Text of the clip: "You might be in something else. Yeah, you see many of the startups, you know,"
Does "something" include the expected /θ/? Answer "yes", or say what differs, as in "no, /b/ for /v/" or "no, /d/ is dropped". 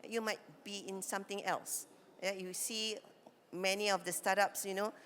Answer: no, /t/ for /θ/